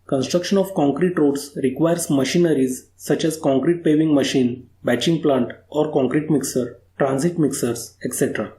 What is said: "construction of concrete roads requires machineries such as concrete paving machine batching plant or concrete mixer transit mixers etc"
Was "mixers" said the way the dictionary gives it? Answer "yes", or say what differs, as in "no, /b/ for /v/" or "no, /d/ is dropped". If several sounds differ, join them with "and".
no, /s/ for /z/